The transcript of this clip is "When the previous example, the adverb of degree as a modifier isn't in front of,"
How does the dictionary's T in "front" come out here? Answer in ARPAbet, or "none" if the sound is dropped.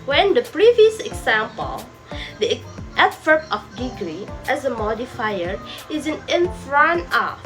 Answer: none